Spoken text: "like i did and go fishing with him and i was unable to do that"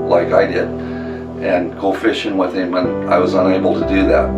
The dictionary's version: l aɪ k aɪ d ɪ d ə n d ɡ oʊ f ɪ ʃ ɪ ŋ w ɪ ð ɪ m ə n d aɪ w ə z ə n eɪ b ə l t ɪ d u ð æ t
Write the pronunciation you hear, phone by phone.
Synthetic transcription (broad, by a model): l aɪ k aɪ d ɪ d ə n ɡ oʊ f ɪ ʃ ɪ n w ɪ ð ɪ m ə n aɪ w ə z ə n eɪ b l t ɪ d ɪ ð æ t